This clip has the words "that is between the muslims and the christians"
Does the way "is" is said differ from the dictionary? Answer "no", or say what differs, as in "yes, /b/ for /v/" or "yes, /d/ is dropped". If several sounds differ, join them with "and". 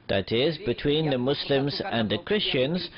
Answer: no